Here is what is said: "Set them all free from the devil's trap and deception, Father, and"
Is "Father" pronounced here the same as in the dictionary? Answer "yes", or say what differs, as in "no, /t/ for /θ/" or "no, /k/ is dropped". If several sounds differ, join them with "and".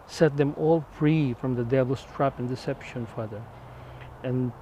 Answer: yes